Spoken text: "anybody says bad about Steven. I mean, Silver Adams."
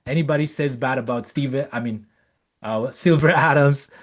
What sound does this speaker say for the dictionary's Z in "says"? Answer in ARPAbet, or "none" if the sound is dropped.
Z